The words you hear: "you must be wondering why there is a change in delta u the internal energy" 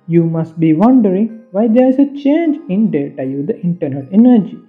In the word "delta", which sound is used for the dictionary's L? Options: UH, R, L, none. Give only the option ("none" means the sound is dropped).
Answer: none